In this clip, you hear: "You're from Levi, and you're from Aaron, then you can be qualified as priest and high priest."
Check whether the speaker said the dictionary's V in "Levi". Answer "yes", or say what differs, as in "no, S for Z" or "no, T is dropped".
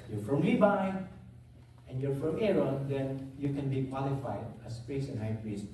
no, B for V